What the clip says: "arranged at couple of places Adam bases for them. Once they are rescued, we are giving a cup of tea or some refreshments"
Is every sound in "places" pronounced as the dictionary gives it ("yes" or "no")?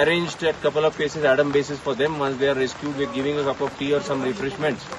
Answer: no